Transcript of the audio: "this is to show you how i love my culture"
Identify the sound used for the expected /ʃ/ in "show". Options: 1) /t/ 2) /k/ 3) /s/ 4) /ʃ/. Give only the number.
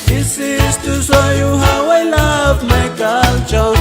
3